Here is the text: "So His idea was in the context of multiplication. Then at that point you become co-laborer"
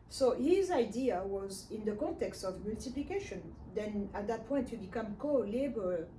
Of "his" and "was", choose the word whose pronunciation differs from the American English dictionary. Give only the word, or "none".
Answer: none